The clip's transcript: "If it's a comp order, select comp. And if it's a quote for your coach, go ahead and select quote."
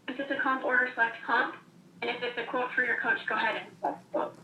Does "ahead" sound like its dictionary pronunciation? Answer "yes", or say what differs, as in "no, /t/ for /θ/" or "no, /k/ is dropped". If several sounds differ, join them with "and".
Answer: yes